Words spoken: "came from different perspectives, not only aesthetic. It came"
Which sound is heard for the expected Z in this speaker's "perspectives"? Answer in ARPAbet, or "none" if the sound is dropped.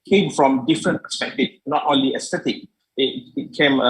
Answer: none